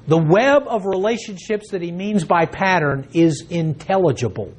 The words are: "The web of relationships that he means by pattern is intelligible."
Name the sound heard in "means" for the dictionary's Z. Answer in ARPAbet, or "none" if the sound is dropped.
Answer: Z